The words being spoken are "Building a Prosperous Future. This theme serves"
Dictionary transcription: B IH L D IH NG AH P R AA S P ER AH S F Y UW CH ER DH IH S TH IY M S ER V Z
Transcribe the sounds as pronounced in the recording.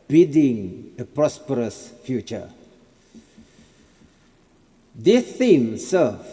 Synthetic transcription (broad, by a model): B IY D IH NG AH P R AA S P ER AH S F Y UW CH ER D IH TH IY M S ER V